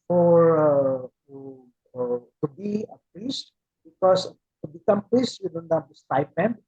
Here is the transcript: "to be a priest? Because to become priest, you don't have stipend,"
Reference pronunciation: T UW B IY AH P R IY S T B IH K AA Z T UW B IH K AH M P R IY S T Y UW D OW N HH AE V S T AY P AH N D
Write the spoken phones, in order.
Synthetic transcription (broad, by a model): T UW B IY AH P R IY S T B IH K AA S T UW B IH K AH M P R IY S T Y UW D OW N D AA P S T AY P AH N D